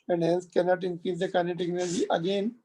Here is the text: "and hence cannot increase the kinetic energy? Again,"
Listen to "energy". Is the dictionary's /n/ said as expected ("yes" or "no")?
no